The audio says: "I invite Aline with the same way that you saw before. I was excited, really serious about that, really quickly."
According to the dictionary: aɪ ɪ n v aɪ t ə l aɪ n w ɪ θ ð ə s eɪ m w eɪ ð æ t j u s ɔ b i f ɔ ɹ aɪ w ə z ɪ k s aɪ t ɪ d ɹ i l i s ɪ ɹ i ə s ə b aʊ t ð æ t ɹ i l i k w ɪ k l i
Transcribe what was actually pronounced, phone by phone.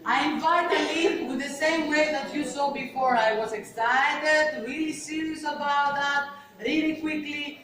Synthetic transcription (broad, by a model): aɪ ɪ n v aɪ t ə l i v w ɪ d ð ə s eɪ m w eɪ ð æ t j u s ɔ b i f ɔ ɹ aɪ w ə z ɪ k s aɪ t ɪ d ɹ i l i s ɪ ɹ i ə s ə b aʊ t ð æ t ɹ i l i k w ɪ k l i